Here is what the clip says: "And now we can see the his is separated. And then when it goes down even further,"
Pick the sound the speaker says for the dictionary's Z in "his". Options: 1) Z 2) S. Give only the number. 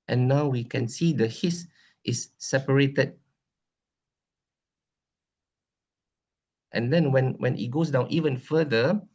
2